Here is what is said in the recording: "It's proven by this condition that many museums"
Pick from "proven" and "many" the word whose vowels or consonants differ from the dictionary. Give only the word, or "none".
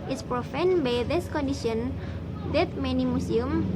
proven